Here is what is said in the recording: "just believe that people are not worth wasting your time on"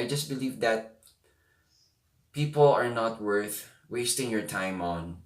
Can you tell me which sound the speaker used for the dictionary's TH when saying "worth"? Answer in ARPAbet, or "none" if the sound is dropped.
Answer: TH